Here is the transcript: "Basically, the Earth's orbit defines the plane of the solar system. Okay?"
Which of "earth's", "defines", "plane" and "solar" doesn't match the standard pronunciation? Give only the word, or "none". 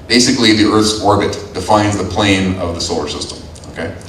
none